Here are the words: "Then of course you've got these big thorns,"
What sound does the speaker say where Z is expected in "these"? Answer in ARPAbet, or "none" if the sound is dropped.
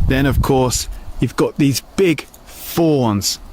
Z